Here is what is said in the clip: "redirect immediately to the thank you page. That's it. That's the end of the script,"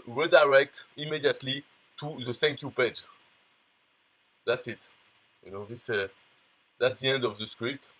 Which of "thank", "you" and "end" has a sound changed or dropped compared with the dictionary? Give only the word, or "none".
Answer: thank